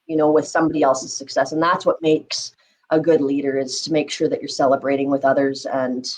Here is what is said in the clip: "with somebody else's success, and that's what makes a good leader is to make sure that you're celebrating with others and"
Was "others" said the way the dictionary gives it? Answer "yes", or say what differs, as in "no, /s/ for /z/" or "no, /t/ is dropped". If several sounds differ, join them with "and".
yes